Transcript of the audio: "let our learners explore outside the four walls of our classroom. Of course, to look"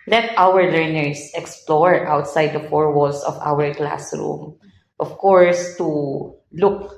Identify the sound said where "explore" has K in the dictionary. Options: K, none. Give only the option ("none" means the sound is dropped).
K